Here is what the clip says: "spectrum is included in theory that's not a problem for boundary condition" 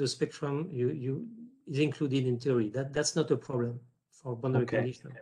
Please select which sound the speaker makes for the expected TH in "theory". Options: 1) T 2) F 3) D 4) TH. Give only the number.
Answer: 1